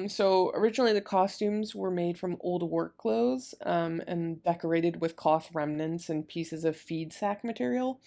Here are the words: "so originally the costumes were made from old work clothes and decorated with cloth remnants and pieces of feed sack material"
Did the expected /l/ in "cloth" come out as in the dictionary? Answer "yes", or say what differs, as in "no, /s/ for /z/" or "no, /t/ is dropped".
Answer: no, /l/ is dropped